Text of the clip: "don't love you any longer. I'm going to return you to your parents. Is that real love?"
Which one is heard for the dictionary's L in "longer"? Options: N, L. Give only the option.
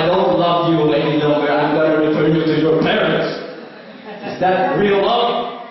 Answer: N